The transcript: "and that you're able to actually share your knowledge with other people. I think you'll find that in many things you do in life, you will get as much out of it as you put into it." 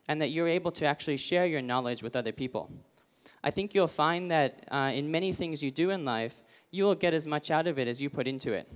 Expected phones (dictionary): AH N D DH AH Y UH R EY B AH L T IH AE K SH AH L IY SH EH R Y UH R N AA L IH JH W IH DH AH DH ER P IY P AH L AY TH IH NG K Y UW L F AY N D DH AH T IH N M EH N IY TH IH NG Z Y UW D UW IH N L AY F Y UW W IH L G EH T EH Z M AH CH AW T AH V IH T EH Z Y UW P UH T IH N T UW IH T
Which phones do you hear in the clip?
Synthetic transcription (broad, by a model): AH N DH AH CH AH R EY B L T IH AE K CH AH L IY SH EH R Y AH R N AA L IH JH W IH DH AH DH ER P IY P L AY TH IH NG K Y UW L F AY N DH AH T IH N M EH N IY TH IH NG Z Y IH D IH IH N L AY F Y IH W IH L G EH T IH Z M AH CH AW T AH V IH T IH Z Y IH P UH T IH N T UW IH T